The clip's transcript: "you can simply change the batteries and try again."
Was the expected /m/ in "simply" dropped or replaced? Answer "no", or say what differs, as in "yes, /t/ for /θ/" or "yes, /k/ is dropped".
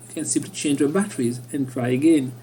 yes, /m/ is dropped